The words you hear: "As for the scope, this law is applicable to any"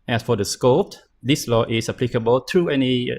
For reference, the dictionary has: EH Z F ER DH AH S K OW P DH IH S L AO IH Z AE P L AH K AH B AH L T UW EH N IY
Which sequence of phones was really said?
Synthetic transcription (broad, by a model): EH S F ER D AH S K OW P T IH S L AO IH S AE P L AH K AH B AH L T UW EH N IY